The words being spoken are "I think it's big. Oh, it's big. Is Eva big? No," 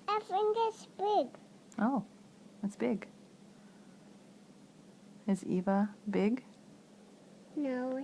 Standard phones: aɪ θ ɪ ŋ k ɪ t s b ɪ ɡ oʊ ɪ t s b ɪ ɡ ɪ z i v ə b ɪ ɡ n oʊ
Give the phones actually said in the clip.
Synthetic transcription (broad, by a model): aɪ f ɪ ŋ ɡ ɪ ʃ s b ɪ ɡ oʊ ɪ t s b ɪ ɡ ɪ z i v ə b ɪ ɡ n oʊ